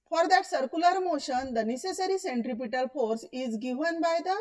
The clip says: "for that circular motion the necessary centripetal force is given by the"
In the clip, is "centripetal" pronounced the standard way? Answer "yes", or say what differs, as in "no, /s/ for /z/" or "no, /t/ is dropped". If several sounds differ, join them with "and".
yes